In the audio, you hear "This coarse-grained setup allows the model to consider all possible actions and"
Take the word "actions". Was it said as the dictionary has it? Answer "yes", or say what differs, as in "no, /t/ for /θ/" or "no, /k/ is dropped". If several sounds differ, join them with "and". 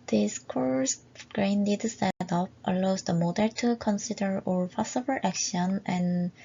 no, /z/ is dropped